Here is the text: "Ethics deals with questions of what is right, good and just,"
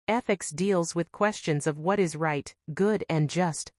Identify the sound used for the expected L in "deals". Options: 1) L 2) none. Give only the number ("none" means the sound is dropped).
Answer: 1